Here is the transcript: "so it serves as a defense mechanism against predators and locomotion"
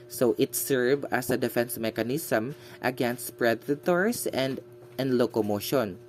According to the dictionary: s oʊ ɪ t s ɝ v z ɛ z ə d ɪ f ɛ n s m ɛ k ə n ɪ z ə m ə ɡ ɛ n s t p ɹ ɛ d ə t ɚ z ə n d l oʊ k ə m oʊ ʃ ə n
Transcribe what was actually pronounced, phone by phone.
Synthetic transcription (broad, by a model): s oʊ ɪ t s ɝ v ʌ s ə d ɪ f ɛ n s m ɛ k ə n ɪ s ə m ə ɡ ɛ n s t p ɹ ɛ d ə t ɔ s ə n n l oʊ k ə m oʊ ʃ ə n